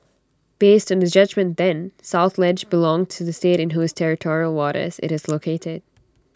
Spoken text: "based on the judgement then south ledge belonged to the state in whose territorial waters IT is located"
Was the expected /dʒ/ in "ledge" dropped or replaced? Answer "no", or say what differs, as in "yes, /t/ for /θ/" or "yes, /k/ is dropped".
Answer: no